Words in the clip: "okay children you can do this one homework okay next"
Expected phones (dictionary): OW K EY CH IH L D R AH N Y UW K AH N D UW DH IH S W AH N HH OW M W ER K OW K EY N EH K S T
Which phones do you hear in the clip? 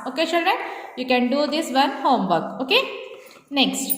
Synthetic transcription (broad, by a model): OW K EY SH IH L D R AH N Y UW K AH N D UW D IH S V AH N HH OW M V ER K OW K EY N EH K S T